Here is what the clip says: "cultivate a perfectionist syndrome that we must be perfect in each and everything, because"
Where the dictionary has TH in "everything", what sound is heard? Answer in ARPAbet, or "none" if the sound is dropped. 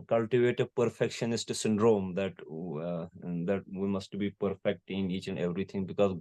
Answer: T